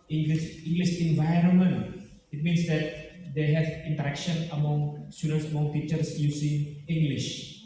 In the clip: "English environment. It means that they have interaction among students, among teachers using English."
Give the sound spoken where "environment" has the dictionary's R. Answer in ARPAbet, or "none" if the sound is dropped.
R